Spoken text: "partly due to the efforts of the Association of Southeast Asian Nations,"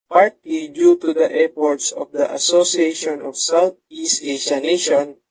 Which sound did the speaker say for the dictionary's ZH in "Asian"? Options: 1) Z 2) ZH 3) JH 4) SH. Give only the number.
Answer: 4